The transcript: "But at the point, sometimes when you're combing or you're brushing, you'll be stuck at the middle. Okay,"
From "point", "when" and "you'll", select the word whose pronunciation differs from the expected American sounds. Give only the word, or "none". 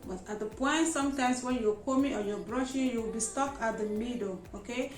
you'll